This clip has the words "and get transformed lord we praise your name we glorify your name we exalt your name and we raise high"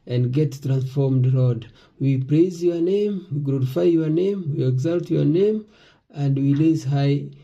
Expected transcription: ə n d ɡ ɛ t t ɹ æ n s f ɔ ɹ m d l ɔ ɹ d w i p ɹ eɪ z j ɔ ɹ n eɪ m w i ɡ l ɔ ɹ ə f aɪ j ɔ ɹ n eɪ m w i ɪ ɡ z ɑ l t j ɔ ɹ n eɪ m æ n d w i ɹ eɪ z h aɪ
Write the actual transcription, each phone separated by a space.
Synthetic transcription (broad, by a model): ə n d ɡ ɛ t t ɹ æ n s f ɔ ɹ m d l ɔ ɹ d w i p ɹ eɪ z j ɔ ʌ n eɪ m w i ɡ l ɔ ɹ ə f aɪ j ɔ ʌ n eɪ m w i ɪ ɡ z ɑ l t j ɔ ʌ n eɪ m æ n d w i l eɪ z h aɪ